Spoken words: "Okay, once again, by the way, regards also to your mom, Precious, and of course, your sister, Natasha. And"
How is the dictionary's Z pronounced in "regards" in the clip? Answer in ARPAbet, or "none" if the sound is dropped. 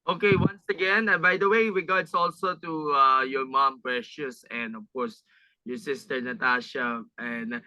S